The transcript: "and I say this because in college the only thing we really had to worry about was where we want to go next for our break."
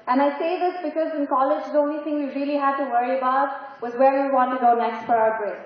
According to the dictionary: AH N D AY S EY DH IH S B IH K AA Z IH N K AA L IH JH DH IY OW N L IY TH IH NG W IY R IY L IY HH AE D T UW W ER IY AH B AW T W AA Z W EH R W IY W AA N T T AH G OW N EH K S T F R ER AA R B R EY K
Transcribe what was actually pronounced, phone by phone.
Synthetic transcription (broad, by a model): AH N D AY S EY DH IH S B IH K AA Z IH N K AA L IH JH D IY OW N L IY T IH NG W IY R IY L IY HH AE D T UW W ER IY AH B AW T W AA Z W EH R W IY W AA N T T AH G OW N EH K S T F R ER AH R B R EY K